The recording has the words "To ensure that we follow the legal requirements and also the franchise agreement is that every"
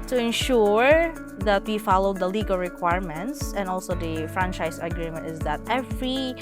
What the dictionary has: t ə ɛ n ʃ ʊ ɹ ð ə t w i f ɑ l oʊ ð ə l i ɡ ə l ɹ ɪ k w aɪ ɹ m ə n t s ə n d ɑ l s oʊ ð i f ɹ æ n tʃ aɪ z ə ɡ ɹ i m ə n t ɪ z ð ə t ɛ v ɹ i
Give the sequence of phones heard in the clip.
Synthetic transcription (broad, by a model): t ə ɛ n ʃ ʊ ɹ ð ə t w i f ɑ l oʊ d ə l i ɡ ə l ɹ ɪ k w aɪ ɹ m ə n t s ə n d ɑ l s oʊ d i f ɹ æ n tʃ aɪ s ə ɡ ɹ i m ə n t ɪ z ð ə t ɛ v ɹ i